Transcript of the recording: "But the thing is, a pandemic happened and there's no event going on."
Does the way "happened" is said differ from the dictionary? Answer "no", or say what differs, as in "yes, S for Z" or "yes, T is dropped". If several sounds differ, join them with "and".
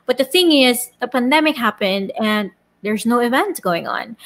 no